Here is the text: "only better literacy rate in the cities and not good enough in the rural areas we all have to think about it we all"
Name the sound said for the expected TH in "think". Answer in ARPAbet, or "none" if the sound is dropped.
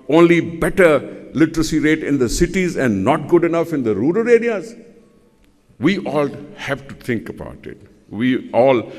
T